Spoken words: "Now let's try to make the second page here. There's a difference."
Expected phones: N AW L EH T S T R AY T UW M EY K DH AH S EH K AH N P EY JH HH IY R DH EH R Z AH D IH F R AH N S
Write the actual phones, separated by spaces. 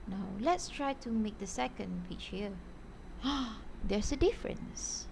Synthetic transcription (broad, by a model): N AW L EH T S T R AY T UW M EY K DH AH S EH K AH N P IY CH HH IY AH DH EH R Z AH D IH F R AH N S